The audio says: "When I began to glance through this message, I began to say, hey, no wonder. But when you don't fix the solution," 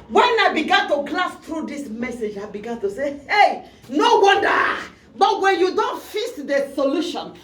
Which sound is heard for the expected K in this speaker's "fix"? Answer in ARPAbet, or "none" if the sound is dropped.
none